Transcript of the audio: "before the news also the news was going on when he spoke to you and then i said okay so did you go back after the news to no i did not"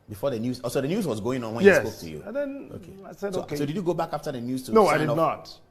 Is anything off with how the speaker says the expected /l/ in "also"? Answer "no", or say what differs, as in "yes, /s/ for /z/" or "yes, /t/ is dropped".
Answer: yes, /l/ is dropped